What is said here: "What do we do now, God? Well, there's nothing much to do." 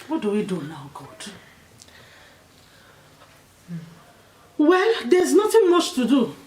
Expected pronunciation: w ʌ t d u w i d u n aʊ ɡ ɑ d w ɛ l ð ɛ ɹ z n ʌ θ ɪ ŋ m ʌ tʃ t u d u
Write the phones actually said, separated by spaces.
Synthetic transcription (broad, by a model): w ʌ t d u w i d u n aʊ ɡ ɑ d w ɛ l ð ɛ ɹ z n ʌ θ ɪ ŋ m ʌ tʃ t u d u